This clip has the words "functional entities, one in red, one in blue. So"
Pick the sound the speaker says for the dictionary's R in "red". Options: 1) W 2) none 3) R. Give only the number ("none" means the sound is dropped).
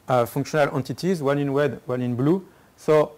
1